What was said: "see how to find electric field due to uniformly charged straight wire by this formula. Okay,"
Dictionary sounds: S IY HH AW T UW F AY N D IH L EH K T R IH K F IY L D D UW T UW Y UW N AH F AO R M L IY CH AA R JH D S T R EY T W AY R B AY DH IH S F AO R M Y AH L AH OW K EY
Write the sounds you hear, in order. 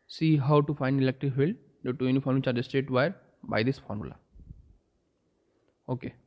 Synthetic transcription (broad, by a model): S IY HH AW T UW F AY N D IH L EH K T R IH K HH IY L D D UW T UW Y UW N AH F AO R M IY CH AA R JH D S T EY T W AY R B AY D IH S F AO R M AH L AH OW K EY